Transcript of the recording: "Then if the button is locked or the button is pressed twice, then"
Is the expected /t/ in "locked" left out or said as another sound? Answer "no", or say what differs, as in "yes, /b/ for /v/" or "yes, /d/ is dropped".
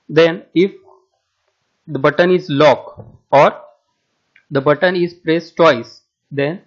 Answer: yes, /t/ is dropped